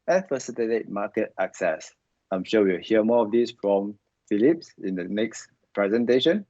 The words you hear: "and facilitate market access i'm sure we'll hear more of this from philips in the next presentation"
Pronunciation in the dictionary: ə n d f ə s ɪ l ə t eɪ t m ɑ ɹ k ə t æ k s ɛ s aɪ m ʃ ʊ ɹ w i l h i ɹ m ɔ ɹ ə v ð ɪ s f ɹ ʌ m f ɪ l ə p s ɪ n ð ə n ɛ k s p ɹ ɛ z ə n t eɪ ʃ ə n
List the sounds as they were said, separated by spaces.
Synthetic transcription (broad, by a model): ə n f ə s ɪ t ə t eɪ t m ɑ k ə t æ k s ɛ s aɪ m ʃ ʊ w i w h i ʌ m ɔ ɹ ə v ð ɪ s f ɹ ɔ m f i l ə p s ɪ n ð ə n ɛ k s p ɹ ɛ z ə n t eɪ ʃ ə n